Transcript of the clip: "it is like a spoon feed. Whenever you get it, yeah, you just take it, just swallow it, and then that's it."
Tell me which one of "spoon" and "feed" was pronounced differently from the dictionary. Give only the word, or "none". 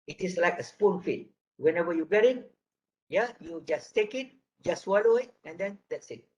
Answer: none